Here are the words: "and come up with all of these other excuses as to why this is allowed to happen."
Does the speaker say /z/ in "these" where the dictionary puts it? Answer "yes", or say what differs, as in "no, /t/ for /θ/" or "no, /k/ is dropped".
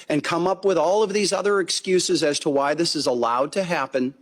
yes